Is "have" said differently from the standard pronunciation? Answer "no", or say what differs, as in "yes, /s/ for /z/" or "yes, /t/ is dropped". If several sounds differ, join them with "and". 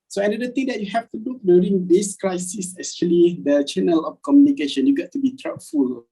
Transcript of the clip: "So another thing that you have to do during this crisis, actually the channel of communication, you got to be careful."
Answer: yes, /f/ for /v/